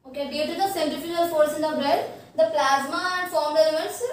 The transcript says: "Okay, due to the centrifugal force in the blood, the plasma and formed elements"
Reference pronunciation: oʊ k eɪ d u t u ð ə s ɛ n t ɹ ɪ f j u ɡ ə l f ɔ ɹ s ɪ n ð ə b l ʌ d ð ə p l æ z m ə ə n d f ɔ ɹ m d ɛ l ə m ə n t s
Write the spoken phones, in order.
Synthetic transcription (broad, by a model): oʊ k eɪ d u t u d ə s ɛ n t ɪ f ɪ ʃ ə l f ɔ ɹ s ɪ n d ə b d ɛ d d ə p l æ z m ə ə n d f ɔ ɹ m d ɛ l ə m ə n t s